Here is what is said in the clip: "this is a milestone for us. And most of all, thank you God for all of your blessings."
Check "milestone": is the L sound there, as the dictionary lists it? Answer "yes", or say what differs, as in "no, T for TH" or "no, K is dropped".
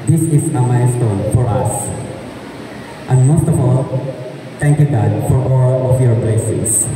no, L is dropped